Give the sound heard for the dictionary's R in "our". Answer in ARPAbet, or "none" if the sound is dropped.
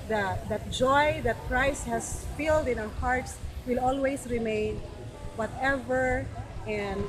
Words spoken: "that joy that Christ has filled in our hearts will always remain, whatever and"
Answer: W